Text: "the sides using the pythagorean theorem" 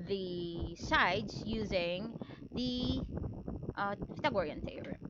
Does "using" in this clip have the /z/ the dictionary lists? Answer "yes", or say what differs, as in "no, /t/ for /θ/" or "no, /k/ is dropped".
yes